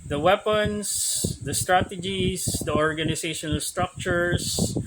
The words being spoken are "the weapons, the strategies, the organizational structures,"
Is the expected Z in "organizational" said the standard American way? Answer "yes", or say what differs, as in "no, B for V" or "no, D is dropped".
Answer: no, S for Z